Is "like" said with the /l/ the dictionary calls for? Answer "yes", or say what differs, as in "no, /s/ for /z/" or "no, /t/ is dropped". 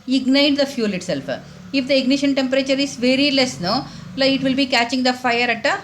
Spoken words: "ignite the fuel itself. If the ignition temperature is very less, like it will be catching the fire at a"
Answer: no, /n/ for /l/